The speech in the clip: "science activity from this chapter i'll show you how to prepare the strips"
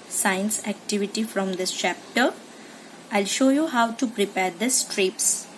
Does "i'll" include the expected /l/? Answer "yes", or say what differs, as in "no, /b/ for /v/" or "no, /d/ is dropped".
yes